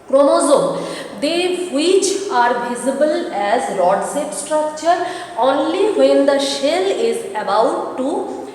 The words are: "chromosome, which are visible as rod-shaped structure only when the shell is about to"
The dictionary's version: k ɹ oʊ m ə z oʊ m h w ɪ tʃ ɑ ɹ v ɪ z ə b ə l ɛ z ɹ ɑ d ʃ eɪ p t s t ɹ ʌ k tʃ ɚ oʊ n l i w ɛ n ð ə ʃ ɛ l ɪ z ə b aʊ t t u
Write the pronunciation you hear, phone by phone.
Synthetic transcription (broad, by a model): k ɹ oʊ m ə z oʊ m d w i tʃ ɑ ɹ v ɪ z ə b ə l ɛ z l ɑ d s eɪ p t s t ɹ ʌ k tʃ ɚ oʊ n l i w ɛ n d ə ʃ ɛ l ɪ z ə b aʊ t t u